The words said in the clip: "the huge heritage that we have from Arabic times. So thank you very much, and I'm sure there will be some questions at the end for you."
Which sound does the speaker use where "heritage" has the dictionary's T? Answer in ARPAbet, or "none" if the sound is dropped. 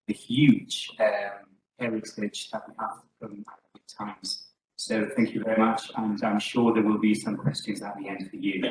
S